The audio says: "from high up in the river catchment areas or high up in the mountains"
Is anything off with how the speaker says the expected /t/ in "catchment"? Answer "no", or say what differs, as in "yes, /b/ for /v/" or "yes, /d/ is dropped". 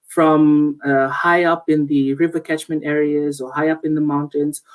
no